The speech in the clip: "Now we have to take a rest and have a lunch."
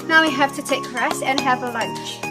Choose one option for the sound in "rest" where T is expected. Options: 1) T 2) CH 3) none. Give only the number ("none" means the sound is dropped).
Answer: 3